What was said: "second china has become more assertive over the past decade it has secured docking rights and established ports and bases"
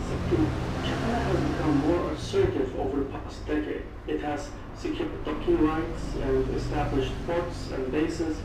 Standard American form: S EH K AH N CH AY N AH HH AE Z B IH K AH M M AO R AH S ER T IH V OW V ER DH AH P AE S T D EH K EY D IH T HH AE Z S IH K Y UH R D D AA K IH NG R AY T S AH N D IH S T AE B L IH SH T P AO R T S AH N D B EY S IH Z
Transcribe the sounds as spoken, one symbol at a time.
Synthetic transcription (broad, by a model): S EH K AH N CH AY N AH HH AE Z B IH K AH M M AO R AH S ER T IH V OW V ER DH AH P AE S T D EH K EY D IH T HH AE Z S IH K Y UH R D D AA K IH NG R AY T S AH N D IH S T AE B L IH SH T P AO R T S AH N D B EY S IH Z